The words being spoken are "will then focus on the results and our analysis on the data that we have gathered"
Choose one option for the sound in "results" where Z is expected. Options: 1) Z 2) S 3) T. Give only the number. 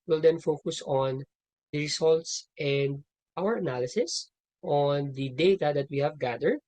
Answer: 2